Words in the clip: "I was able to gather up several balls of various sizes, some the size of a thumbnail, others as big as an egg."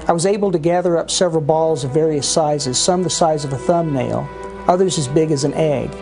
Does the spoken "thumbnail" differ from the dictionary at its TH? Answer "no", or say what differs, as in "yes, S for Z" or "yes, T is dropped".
no